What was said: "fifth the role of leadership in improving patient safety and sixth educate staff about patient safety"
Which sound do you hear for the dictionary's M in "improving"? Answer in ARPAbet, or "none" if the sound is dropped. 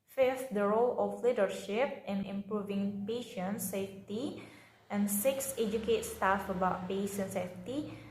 M